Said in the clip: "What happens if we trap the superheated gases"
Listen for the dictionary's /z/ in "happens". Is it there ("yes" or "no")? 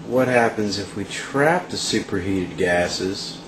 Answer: yes